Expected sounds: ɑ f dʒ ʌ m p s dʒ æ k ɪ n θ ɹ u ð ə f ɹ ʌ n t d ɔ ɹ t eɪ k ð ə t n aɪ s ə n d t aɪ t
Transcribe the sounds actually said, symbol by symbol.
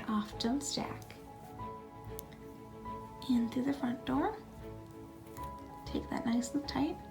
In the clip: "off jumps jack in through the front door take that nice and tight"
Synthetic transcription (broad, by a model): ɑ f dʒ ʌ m s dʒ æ k ɪ n θ ɹ u ð ə f ɹ ʌ n d ɔ ɹ t eɪ k ð ə t n aɪ s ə t aɪ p